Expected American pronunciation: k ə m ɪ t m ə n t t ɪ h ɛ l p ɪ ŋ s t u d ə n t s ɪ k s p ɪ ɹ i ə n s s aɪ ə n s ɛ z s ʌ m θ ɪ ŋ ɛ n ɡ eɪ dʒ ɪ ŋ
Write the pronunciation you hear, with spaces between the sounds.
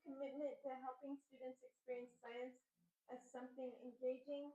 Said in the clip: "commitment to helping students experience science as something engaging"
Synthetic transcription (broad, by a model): k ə m ɪ t m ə n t t ɪ h ɛ l p ɪ ŋ s t u d n t s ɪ k s p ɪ ɹ i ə n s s aɪ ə n s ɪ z s ʌ m θ ɪ ŋ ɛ n ɡ eɪ dʒ ɪ ŋ